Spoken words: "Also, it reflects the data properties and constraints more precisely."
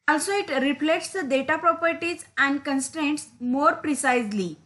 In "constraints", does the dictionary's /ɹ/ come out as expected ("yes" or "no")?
yes